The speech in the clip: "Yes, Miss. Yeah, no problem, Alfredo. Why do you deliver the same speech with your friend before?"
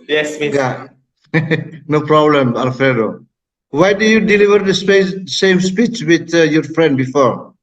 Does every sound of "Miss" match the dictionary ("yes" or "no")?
no